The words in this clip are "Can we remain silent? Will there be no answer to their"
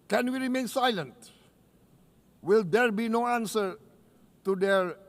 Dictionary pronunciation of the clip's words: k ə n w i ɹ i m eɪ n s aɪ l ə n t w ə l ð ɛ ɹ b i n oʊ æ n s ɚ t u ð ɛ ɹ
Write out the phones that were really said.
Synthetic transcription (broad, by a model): k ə n w i ɹ i m eɪ n s aɪ l ə n t w ə l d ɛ ɹ b i n oʊ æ n s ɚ t u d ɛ ɹ